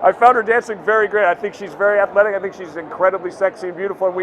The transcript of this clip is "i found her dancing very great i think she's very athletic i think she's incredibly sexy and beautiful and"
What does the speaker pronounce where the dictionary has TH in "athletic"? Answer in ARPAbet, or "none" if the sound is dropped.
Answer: TH